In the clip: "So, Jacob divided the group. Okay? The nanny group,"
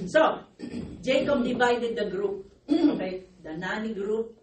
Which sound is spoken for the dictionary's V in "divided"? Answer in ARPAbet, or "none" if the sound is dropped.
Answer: B